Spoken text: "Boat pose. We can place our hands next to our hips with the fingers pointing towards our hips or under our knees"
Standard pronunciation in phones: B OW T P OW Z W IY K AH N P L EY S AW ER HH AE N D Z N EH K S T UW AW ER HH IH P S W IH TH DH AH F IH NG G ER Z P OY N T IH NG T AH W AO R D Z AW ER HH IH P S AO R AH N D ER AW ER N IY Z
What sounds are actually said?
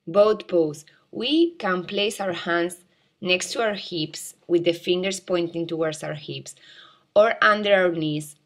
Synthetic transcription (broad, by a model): B OW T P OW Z W IY K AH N P L EY S AW ER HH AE N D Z N EH K S T UW AW ER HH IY P S W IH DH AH F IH NG G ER S P OY N T IH NG T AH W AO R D S AW ER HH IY P S AO R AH N D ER AW ER N IY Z